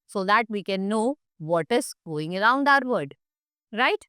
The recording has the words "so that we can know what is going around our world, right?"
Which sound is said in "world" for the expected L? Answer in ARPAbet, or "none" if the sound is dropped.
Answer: none